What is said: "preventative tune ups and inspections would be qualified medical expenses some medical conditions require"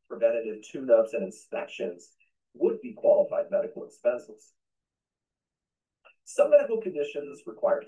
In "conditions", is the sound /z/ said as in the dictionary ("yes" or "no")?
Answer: yes